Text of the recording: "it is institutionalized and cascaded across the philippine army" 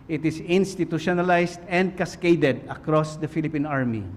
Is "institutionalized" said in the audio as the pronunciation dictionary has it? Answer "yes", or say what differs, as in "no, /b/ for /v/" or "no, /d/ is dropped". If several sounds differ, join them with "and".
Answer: no, /s/ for /z/